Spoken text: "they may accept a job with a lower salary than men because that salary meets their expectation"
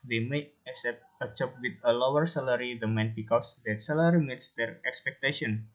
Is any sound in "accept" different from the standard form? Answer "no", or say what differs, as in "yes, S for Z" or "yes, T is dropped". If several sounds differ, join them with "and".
yes, K is dropped